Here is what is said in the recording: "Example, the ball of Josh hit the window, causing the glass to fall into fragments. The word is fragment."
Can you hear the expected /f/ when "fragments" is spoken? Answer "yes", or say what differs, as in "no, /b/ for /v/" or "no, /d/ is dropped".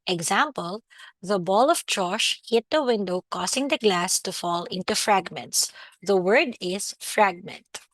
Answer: yes